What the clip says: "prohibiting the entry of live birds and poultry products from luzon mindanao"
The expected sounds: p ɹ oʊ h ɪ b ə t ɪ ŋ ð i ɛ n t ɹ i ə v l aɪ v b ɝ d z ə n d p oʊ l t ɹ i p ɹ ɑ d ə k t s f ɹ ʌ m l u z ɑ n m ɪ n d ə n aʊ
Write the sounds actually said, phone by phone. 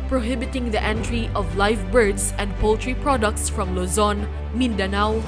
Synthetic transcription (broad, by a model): p ɹ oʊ h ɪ b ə t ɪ ŋ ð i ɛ n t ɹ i ə v l aɪ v b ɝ d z ə n d p oʊ l t ɹ i p ɹ ɑ d ə k t s f ɹ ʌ m l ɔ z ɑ n m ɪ n d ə n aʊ